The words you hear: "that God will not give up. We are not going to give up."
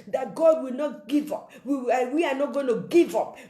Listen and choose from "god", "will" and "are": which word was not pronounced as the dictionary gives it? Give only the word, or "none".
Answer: are